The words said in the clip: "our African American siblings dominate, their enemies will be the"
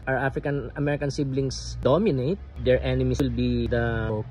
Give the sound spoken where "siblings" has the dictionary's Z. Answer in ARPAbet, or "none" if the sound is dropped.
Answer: S